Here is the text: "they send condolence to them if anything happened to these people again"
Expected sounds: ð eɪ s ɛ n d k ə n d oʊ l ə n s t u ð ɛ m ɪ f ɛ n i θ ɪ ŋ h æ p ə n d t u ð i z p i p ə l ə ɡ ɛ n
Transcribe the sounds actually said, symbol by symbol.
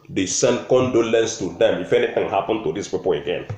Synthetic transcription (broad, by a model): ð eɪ s ɛ n d k ə n d oʊ l ə n s t u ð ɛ m ɪ f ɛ n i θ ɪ ŋ h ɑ p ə n t u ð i s p i p ə l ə ɡ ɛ n